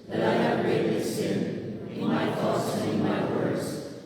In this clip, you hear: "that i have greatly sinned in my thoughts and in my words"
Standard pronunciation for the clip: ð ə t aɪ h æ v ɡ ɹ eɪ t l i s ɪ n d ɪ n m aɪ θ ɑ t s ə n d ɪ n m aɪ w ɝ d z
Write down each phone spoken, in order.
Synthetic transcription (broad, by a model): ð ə t aɪ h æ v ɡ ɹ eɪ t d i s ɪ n ɪ n m aɪ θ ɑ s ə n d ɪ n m aɪ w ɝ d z